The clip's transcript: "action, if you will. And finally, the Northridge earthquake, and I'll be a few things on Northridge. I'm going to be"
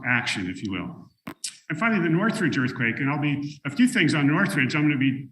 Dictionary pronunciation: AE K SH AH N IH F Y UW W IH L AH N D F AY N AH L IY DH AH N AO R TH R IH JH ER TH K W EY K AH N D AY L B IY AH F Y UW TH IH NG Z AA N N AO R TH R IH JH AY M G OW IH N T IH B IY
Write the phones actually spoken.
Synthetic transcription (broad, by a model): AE K SH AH N IH F Y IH W IH L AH N F AY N L IY DH AH N AO R TH R IH JH ER TH K W EY K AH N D AY L B IY AH F Y UW TH IH NG Z N N AO R TH R IH JH AY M G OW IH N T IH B IY